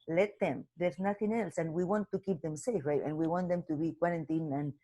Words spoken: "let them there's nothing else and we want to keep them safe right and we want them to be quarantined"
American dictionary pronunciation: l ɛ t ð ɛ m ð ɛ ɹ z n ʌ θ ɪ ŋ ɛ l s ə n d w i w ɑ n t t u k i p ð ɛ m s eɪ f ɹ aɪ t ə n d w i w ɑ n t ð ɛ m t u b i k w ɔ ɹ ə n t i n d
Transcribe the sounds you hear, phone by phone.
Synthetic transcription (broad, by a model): l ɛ t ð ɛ m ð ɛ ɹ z n ʌ θ ɪ ŋ ɛ l s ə n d w i w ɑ n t t u k i p ð ɛ m s eɪ f ɹ aɪ t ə n w i w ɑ n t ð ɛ m t u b i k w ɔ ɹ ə n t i n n